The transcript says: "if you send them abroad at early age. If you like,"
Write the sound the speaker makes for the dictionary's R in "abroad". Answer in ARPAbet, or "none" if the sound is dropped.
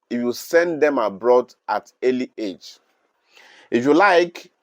R